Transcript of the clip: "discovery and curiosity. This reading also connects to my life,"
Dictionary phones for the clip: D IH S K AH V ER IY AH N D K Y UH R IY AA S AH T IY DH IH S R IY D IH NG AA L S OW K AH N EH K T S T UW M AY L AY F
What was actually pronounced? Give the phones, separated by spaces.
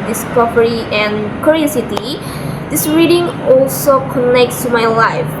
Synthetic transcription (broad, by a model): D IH S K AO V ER IY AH N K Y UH R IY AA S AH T IY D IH S R IY D IH NG AA L S OW K AH N EH K T S T UW M AY L AY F